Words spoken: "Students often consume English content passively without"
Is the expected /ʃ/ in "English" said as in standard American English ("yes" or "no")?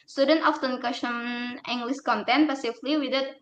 no